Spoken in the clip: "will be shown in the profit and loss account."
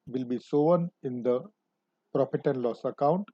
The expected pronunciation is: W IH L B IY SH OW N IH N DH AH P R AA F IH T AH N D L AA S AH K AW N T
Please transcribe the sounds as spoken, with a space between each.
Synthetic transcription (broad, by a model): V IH L B IY S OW N IH N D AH P R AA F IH T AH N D L AA S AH K AW N T